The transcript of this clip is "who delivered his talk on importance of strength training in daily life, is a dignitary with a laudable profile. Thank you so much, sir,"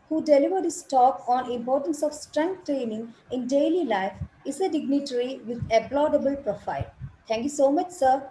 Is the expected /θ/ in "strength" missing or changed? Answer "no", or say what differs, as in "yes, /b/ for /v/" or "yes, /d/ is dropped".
yes, /t/ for /θ/